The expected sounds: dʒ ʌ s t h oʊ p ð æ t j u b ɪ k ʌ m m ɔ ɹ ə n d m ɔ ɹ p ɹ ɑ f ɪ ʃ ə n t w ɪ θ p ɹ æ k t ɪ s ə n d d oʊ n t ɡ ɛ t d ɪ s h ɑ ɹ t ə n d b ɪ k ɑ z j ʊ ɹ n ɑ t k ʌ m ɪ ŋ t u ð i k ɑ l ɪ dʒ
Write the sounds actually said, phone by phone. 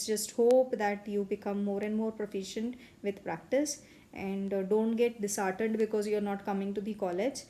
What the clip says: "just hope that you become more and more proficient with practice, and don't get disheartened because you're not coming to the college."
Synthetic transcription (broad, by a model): dʒ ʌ s t h oʊ p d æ t j u b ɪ k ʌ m m ɔ ɹ ə n d m ɔ ɹ p ɹ ɑ f ɪ ʃ ə n t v ɪ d p ɹ æ k t ɪ s ə n d d oʊ n t ɡ ɛ t d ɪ s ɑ ɹ t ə d b ɪ k ɑ z j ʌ ɹ n ɑ t k ʌ m ɪ ŋ t u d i k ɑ l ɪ dʒ